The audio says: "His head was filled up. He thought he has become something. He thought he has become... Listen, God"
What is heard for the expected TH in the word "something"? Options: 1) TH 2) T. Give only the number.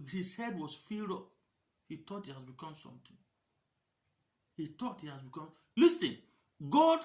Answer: 2